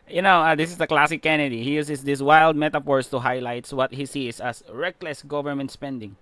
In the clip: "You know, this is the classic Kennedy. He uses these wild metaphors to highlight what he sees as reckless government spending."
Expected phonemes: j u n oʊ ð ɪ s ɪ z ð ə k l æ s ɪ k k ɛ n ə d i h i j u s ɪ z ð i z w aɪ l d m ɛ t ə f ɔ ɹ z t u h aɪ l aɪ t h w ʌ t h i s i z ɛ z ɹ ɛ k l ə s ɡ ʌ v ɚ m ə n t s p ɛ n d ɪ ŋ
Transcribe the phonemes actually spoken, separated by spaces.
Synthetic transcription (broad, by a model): j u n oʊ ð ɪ s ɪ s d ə k l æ s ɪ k k ɛ n ə d i h i j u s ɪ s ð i s w aɪ l d m ɛ t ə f ɔ ɹ s t u h aɪ l aɪ t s w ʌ t h i s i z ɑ s ɹ ɛ k l ə s ɡ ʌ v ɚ m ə n t s p ɛ n d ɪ ŋ